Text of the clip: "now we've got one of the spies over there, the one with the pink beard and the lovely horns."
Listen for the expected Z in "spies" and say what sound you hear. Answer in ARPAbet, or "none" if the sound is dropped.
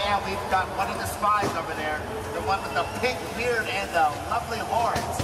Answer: Z